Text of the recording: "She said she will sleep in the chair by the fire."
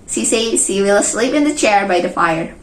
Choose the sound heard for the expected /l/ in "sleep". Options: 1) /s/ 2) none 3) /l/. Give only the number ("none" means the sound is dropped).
3